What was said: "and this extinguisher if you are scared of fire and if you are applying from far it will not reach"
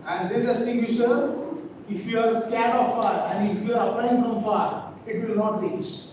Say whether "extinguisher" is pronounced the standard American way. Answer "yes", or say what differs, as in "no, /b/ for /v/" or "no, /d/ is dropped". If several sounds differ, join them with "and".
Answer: no, /k/ is dropped